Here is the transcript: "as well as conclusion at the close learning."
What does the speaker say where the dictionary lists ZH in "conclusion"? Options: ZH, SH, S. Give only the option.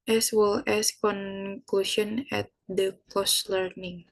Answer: SH